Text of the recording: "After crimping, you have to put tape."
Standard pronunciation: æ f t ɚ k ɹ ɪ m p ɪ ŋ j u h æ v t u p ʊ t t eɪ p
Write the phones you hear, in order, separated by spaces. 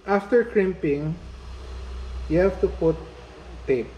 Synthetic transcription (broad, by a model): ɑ f t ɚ k ɹ ɪ m p ɪ ŋ j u h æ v t u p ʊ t t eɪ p